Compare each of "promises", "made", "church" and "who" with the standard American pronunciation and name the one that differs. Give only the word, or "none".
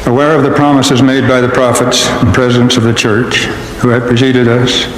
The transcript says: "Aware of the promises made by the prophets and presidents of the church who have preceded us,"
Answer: none